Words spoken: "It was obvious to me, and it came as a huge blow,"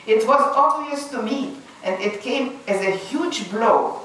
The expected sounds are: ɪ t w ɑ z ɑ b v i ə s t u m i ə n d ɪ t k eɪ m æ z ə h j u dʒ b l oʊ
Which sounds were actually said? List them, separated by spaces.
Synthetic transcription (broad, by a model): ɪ t w ɑ z ɑ b v i ə s t u m i ə n d ɪ t k eɪ m æ z ə h j u dʒ b l oʊ